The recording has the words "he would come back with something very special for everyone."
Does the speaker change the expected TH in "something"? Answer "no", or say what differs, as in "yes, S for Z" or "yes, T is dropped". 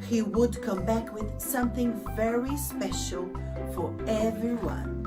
no